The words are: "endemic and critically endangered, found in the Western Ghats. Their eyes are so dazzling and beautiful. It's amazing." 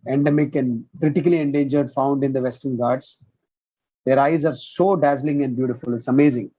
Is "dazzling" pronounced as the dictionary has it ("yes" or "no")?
yes